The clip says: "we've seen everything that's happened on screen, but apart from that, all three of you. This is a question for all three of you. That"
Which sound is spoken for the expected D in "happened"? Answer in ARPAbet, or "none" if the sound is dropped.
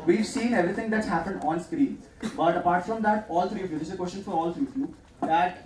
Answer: D